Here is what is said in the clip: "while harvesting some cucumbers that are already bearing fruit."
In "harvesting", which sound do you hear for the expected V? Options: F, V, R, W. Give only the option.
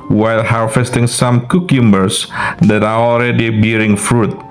F